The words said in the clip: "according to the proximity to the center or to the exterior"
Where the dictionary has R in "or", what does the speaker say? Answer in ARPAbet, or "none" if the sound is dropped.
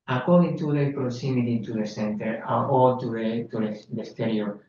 L